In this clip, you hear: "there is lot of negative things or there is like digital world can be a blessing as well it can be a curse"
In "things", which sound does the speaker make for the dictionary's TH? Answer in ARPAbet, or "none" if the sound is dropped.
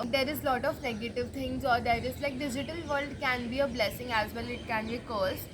T